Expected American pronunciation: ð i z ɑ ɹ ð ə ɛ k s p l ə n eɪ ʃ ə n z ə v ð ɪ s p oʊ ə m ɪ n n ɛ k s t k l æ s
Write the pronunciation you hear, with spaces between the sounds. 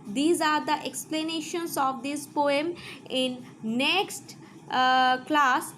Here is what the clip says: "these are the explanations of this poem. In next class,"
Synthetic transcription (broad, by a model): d i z ɑ ɹ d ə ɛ k s p l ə n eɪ ʃ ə n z ə v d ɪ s p oʊ ə m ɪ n n ɛ k s t k l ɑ s